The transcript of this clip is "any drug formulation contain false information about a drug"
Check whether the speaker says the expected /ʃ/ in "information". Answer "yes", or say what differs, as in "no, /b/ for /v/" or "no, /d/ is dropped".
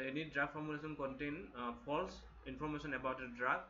no, /s/ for /ʃ/